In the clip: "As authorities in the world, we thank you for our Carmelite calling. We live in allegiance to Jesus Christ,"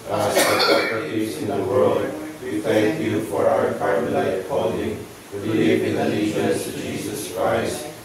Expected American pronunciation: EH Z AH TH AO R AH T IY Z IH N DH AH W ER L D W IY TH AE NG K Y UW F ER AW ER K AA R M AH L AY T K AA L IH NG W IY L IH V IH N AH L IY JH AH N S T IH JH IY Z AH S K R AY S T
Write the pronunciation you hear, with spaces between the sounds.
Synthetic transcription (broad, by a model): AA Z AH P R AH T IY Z IH N DH AH W ER L D W IY TH AE NG K Y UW F ER AW ER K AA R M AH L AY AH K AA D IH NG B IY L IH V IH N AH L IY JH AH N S T IH JH IY Z AH S K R AY S T